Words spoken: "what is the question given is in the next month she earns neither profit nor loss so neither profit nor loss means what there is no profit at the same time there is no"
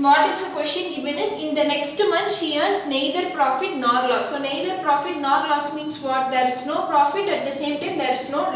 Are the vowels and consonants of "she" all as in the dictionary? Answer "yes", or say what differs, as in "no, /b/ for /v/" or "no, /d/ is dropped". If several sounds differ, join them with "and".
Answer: yes